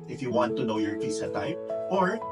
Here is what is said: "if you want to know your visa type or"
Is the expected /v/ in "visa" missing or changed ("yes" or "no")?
yes